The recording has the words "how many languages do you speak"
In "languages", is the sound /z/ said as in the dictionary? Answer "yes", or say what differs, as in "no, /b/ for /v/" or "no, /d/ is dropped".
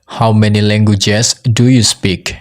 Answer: no, /s/ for /z/